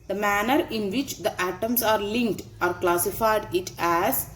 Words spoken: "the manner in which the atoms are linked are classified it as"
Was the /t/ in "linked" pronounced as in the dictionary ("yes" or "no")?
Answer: yes